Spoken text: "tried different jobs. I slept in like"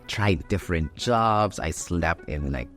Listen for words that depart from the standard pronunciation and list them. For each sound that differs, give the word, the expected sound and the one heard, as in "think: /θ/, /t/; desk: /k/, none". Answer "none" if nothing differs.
slept: /t/, none